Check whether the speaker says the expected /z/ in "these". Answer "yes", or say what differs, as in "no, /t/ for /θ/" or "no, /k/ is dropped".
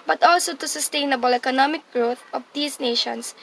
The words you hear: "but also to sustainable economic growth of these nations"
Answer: no, /s/ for /z/